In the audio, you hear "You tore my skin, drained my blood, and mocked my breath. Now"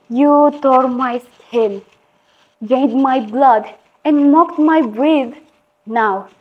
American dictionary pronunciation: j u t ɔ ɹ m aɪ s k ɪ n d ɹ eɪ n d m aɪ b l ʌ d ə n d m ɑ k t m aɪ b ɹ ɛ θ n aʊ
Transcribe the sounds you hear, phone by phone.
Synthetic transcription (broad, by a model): j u t ɔ ɹ m aɪ s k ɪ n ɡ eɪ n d m aɪ b l ʌ d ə n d m ɑ k t m aɪ b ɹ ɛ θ n aʊ